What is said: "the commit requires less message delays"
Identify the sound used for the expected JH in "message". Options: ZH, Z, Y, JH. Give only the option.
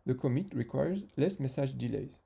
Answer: ZH